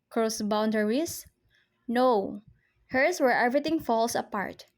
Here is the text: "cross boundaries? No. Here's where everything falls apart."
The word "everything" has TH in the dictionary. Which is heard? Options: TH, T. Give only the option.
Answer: T